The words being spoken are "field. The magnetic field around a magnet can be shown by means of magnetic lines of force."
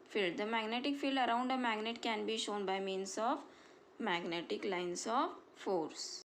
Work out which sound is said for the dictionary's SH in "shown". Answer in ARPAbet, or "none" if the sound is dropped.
SH